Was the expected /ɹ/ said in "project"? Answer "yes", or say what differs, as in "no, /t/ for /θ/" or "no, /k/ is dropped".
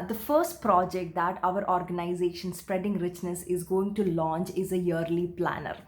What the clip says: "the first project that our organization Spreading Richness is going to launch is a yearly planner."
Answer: yes